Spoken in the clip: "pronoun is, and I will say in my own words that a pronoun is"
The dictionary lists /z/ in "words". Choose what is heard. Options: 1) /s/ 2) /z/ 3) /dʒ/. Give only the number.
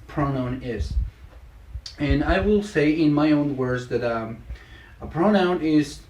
2